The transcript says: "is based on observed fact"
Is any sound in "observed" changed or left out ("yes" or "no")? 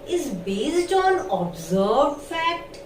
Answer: yes